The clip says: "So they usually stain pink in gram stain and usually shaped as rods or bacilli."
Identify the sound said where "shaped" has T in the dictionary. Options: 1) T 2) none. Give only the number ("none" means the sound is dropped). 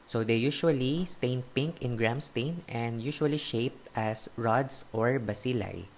1